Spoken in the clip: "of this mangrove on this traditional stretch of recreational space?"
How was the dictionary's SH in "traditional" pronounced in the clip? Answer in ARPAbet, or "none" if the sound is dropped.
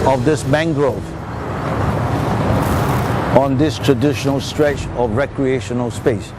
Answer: SH